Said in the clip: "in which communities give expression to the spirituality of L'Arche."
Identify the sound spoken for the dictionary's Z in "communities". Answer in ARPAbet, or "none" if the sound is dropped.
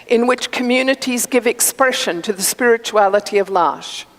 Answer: Z